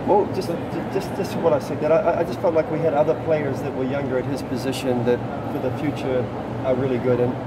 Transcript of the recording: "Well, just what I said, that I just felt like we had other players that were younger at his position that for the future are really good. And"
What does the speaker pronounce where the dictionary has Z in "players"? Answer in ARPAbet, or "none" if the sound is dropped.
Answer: Z